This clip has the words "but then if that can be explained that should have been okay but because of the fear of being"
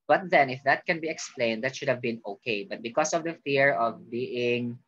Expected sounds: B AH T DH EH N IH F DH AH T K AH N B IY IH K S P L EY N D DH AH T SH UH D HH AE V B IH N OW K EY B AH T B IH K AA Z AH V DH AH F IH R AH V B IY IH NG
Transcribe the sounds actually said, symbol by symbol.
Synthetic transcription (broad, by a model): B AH T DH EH N IH F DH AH T K AH N B IY IH K S P L EY N D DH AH T SH UH D HH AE V B IH N OW K EY B AH T B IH K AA S AH V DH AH F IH R AH V B IY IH NG